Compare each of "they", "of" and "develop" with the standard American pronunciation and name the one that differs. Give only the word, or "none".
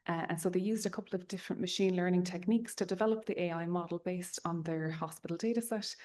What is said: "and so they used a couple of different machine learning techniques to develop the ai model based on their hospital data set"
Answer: none